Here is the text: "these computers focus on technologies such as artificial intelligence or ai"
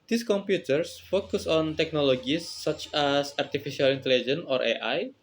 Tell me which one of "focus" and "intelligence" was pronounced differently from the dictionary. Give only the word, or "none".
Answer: intelligence